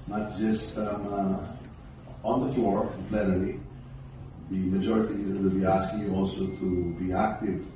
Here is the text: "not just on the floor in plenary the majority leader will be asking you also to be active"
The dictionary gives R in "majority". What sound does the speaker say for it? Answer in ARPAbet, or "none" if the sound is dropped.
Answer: R